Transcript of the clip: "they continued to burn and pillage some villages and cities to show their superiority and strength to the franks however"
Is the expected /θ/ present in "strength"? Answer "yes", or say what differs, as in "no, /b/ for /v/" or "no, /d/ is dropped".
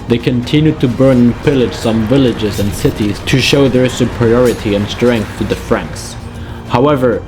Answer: yes